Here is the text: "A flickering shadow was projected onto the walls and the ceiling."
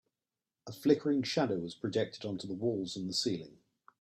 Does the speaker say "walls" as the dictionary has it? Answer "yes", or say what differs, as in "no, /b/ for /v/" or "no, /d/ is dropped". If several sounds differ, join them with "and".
yes